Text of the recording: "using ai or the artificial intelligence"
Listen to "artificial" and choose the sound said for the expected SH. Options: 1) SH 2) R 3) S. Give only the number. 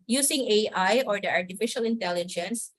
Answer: 1